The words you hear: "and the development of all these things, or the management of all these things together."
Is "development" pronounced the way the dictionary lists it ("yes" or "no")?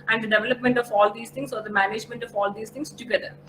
yes